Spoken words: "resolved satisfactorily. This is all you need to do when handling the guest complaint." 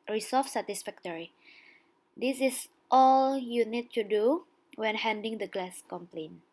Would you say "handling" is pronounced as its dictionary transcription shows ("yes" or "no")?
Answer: no